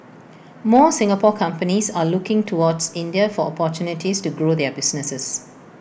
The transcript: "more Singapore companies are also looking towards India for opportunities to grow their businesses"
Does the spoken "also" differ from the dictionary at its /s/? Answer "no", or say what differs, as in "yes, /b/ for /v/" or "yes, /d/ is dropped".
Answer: yes, /s/ is dropped